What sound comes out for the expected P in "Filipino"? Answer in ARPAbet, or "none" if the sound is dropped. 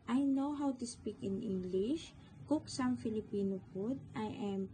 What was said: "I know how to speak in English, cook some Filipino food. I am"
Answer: P